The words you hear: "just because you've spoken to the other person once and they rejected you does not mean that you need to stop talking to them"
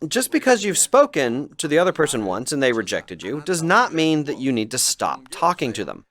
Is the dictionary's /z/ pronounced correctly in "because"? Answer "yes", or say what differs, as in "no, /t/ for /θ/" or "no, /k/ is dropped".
yes